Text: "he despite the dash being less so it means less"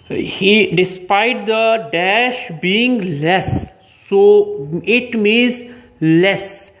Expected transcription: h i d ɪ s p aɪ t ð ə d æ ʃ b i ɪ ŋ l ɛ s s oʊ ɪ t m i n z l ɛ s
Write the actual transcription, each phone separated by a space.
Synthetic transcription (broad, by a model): h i d ɪ s p aɪ t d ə d æ ʃ b i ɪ ŋ l ɛ s s oʊ ɪ t m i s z l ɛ s